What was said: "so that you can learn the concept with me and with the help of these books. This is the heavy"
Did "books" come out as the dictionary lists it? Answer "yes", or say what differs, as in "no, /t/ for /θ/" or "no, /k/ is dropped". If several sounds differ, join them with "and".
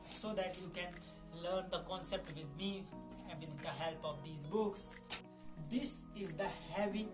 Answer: yes